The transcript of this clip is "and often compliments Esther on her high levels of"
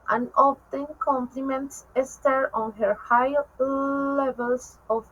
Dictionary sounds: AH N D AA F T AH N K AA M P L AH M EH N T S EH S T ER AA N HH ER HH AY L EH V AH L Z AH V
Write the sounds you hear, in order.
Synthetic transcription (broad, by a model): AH N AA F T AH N K AA M P L AH M EH N T S EH S T ER AA N HH ER HH AY L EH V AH L S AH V